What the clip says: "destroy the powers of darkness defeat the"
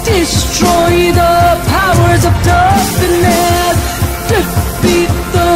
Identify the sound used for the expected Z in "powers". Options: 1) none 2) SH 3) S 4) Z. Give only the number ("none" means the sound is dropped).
4